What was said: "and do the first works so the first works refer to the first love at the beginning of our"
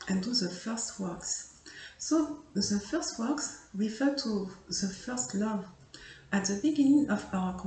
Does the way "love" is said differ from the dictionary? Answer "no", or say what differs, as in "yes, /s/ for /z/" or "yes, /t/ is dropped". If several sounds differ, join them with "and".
no